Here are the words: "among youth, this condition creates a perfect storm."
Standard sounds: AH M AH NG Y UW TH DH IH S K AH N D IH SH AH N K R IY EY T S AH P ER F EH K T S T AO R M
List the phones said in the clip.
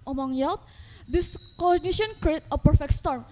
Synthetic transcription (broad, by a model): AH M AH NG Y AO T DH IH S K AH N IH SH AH N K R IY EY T AH P ER F EH K T S T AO R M